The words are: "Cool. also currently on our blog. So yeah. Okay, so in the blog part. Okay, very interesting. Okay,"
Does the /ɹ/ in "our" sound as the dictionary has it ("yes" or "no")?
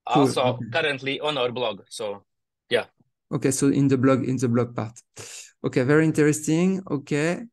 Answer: yes